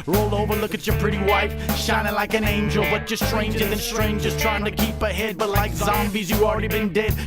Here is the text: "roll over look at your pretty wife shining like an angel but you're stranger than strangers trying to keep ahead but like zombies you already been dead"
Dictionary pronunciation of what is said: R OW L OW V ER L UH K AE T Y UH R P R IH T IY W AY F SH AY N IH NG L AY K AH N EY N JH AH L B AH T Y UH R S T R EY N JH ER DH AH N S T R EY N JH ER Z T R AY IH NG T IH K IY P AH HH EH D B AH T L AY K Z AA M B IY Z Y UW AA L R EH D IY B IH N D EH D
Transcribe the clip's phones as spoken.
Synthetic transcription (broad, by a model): R OW L OW V ER L UH K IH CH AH R P R IH T IY W AY F SH AY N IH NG L AY K AH N EY N JH AH L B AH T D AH S T R EY N JH ER DH AH N S T R EY N JH ER Z T R AY IH NG T IH K IY P AH HH EH D B AH T L AY K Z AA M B IY Z Y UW AA L R EH D IY B IH N D EH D